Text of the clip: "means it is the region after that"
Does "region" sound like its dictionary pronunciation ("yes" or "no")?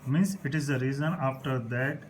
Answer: no